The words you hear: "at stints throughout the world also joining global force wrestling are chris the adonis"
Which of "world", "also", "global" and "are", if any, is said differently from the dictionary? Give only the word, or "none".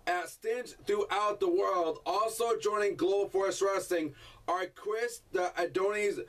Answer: global